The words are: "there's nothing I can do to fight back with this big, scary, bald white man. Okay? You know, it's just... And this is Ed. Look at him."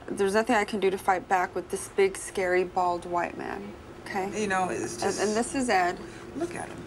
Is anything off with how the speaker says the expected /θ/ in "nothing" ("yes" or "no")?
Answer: no